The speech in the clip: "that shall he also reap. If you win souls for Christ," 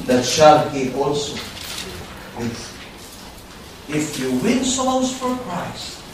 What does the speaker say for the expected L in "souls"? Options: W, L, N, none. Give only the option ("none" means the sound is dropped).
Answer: none